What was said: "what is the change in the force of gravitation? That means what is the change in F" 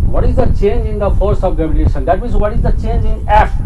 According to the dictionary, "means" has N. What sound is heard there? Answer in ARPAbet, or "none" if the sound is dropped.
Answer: none